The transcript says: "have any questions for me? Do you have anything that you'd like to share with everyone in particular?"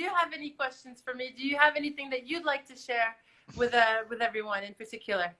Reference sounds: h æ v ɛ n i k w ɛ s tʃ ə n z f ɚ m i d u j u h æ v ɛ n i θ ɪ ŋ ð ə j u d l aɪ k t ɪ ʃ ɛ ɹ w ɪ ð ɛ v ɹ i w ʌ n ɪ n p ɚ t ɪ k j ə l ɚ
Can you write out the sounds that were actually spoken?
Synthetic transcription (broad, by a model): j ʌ v ɛ n i k w ɛ s tʃ ə n z f ɚ m i d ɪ j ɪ v ɛ n i θ ɪ ŋ ð ə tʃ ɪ d l aɪ k t ɪ ʃ ɛ ɹ w ɪ ð ɛ v ɹ i w ʌ n ɪ n p ɚ t ɪ k j l ɚ